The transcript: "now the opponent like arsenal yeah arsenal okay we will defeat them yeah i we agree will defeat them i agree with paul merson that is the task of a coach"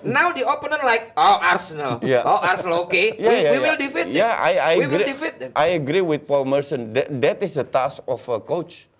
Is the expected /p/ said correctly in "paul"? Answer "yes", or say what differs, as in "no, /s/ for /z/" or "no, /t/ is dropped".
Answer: yes